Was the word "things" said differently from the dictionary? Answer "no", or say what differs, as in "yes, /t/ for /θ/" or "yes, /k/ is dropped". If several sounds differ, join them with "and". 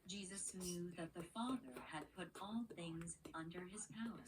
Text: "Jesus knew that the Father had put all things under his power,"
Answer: no